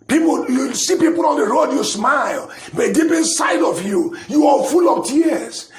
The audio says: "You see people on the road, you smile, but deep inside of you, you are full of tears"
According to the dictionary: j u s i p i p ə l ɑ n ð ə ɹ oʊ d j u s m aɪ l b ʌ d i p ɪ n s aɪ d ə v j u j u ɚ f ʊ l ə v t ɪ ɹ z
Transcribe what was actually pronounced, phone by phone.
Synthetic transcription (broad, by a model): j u s i p i p ə l ɑ n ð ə ɹ oʊ d j u s m aɪ l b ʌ d i p ɪ n s aɪ d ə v j u j u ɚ f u l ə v t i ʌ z